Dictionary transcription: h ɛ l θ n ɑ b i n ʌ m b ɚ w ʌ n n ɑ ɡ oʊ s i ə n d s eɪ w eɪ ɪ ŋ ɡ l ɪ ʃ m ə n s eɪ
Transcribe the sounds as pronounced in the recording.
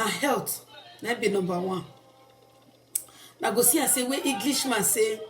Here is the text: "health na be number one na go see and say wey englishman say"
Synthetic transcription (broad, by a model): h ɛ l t n ɑ b i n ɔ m b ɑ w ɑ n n ɑ ɡ oʊ s i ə s eɪ w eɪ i ɡ l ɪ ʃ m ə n s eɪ